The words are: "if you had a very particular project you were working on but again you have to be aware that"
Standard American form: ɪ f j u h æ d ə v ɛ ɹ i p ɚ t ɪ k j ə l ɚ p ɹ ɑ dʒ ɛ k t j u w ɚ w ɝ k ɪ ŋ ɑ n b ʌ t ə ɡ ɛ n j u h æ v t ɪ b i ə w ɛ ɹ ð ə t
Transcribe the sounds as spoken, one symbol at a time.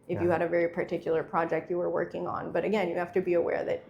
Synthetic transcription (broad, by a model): ɪ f j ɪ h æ d ə v ɛ ɹ i p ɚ t ɪ k j l ɚ p ɹ ɑ dʒ ɛ k t j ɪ w ɚ w ɝ k ɪ ŋ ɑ n b ʌ t ə ɡ ɛ n j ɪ h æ f t ɪ b i ə w ɛ ɹ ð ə t